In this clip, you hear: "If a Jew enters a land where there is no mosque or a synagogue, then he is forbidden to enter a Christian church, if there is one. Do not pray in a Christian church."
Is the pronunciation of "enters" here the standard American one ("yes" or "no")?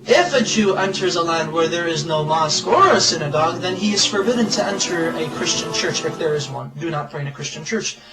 yes